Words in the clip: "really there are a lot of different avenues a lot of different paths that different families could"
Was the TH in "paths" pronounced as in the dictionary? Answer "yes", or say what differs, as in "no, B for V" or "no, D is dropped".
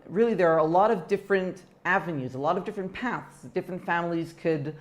yes